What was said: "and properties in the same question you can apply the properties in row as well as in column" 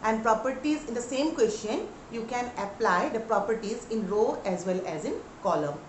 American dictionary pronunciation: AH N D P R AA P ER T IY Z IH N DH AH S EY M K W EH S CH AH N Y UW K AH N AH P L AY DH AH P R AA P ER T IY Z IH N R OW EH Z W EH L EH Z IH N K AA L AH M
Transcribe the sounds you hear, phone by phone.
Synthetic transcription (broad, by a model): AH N D P R AA P ER T IY Z IH N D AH S EY M K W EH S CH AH N Y UW K AH N AH P L AY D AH P R AA P ER T IY Z IH N R OW EH Z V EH L EH Z IH N K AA L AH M